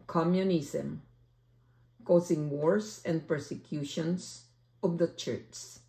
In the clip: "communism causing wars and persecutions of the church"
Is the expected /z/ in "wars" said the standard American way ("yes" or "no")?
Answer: no